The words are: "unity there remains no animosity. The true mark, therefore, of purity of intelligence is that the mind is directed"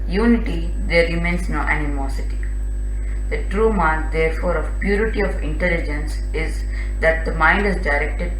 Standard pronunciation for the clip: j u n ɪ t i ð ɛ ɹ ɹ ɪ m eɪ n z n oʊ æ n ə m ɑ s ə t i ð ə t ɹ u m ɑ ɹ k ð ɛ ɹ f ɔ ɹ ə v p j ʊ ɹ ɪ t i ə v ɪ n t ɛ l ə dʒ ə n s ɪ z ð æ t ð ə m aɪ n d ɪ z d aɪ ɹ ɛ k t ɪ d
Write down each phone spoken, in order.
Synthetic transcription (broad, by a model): j u n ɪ t i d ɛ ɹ ɹ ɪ m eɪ n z n oʊ æ n ə m ɑ s ə t i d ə t ɹ u m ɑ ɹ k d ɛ ɹ f ɔ ɹ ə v p j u ɹ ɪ t i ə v ɪ n t ɛ l ə dʒ ə n s ɪ z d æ t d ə m aɪ n d ɪ z d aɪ ɹ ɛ k t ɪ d